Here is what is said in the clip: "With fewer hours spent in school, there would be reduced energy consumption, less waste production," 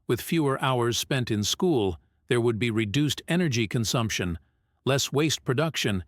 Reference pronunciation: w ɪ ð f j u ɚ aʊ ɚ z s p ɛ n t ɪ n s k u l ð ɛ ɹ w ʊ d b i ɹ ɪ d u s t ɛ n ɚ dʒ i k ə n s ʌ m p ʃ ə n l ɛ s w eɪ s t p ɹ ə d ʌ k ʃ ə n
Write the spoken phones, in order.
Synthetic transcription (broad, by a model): w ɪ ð f j u ɚ aʊ ɚ z s p ɛ n t ɪ n s k u l ð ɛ ɹ w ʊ d b i ɹ ɪ d u s t ɛ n ɚ dʒ i k ə n s ʌ m p ʃ ə n l ɛ s w eɪ s t p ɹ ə d ʌ k ʃ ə n